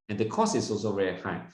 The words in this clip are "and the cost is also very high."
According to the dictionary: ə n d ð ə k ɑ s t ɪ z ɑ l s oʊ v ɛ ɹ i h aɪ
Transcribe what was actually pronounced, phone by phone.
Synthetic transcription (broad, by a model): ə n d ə k ɑ s ɪ s ɑ l s oʊ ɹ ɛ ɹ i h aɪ